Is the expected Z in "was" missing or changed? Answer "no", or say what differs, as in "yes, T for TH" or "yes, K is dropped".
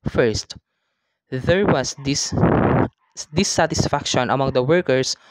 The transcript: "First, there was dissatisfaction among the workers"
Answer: yes, S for Z